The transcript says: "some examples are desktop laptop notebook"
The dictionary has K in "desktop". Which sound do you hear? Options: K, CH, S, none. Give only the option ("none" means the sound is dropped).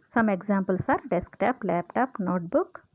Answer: K